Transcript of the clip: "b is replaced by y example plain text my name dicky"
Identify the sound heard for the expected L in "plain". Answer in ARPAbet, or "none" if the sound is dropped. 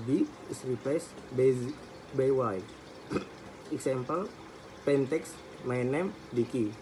none